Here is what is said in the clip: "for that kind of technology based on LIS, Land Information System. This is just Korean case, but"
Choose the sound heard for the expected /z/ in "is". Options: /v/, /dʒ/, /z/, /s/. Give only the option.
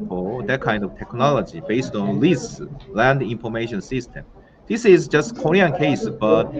/z/